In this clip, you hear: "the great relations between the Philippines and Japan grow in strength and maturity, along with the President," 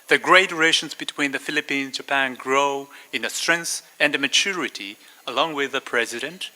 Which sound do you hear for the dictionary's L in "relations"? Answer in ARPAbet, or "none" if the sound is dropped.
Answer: none